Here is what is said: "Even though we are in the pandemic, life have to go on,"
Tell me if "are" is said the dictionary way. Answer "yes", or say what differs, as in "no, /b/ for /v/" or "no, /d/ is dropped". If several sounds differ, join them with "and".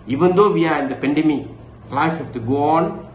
yes